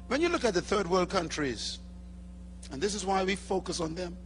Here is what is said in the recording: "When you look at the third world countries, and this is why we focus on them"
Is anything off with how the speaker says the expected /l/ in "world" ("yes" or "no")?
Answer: no